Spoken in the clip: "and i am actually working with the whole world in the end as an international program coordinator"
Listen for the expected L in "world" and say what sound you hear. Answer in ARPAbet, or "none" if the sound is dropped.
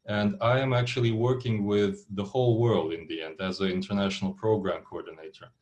L